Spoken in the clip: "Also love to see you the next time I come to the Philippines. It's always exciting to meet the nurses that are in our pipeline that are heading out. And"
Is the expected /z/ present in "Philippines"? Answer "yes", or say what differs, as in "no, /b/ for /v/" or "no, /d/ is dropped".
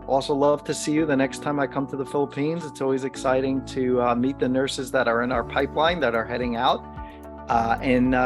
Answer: yes